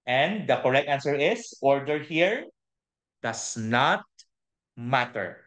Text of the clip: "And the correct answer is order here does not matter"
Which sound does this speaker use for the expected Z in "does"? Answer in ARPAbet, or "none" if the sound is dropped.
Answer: S